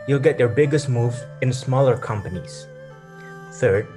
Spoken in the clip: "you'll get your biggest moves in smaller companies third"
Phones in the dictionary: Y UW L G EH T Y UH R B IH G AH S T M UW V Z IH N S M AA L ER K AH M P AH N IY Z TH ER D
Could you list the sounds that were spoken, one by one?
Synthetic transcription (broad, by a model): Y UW L G EH T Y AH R B IH G AH S T M UW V IH N S M AA L ER K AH M P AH N IY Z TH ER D